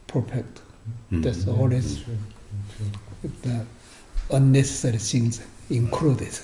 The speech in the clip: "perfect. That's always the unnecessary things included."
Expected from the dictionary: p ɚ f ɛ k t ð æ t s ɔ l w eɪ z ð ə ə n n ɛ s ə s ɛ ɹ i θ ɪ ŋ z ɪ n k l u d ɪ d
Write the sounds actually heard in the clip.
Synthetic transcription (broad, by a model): p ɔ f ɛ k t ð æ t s ɔ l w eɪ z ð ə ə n n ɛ s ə s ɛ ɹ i s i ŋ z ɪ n k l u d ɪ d